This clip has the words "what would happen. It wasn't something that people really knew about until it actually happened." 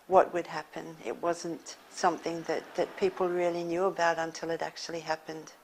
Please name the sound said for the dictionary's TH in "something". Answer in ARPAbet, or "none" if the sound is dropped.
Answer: TH